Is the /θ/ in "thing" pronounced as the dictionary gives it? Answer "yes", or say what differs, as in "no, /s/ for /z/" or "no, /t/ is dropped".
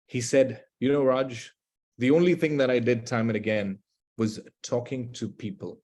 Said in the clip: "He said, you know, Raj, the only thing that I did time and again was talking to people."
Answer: yes